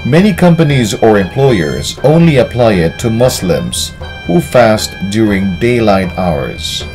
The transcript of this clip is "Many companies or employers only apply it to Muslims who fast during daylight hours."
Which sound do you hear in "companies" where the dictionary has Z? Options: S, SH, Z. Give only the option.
Z